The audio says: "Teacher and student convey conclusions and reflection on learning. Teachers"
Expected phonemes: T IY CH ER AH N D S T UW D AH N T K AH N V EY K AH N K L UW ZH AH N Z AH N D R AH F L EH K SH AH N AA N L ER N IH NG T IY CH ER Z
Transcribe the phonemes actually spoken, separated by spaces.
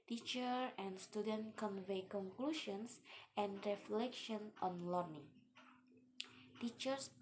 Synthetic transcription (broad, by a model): T IY CH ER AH N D S T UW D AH N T K AH N V EY K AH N K L UW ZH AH N S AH N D R AH F L EH K SH AH N AA N L ER N IH NG T IY CH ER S